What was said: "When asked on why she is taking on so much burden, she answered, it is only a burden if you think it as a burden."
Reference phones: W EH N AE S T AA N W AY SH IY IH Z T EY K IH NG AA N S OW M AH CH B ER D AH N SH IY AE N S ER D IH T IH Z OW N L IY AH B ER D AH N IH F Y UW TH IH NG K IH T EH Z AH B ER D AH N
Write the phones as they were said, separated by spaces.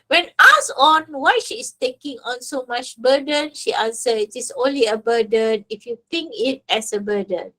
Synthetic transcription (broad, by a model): W EH N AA S AA N W AY SH IY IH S T EY K IH NG AA N S OW M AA CH B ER D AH N SH IY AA N S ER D IH T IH S OW N L IY AH B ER D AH N IH F Y UW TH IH NG K IH T EH S AH B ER D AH N